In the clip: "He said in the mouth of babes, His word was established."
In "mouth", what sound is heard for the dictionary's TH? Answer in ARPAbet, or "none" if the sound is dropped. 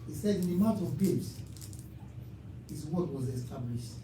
T